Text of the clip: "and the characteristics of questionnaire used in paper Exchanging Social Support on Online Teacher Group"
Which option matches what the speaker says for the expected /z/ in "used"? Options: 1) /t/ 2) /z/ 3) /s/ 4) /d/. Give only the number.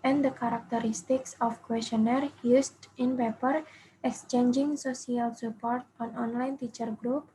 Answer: 3